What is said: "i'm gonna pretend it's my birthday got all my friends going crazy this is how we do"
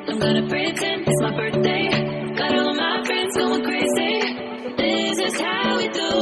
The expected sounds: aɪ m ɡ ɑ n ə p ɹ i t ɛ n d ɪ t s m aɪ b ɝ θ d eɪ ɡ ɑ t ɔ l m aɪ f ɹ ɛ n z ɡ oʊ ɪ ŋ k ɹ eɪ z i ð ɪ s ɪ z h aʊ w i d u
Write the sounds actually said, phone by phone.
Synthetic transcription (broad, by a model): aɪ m ɡ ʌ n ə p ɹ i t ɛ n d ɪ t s m aɪ b ɝ θ d eɪ ɡ ɑ t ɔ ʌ m aɪ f ɹ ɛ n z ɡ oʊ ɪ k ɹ eɪ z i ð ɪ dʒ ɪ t h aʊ w i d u